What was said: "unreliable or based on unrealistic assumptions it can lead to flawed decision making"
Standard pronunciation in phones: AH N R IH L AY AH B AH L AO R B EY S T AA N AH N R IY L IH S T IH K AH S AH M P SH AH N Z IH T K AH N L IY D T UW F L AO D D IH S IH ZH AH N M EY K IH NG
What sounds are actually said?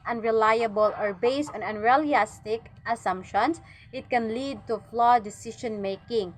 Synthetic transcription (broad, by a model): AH N R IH L AY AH B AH L AO R B EY S T AA N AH N R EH L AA S T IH K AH S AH M P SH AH N S IH T K AH N L IY D T UW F L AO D D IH S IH SH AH N M EY K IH NG